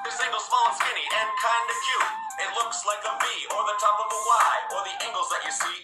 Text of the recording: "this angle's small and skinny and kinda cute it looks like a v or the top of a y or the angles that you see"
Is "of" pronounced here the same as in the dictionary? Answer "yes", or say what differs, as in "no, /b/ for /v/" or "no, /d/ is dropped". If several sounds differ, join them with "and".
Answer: yes